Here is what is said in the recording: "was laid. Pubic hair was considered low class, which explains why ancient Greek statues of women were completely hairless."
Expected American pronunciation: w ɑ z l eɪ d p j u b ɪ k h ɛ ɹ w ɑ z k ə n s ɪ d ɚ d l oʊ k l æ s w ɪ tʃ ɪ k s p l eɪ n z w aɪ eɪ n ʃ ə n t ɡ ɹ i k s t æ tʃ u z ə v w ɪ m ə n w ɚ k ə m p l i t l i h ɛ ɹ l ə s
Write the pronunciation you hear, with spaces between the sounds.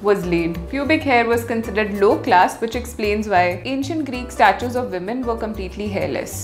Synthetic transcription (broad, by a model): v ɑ z l eɪ d p j u b ɪ k h ɛ ɹ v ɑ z k ə n s ɪ d ɚ d l oʊ k l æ s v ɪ tʃ ɪ k s p l eɪ n z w aɪ eɪ n ʃ ə n t ɡ ɹ i k s t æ tʃ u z ə v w ɪ m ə n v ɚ k ə m p l i t l i h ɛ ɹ l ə s